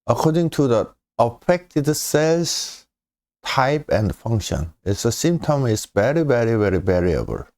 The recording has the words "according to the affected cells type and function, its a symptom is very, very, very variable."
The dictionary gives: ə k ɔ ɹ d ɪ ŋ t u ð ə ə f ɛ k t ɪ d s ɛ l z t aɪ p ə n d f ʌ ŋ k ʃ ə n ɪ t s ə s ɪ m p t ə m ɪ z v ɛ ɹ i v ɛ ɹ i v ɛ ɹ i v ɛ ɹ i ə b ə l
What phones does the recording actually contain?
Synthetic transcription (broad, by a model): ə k ɔ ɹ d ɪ ŋ t u ð ə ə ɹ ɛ k t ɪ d s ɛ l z t aɪ p ə n d f ʌ ŋ k ʃ ə n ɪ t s ə s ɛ m t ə m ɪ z v ɛ ɹ i v ɛ ɹ i v ɛ ɹ i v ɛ ɹ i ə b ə l